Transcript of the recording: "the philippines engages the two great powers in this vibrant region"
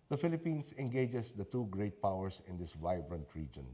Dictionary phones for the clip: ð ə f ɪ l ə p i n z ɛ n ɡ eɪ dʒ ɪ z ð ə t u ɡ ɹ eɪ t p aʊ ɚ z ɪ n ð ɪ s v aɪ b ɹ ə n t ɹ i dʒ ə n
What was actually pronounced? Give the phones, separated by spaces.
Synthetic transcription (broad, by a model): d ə f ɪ l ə p i n s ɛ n ɡ eɪ dʒ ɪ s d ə t u ɡ ɹ eɪ t p aʊ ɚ s ɪ n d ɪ s v aɪ b ɹ ə n t ɹ i dʒ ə n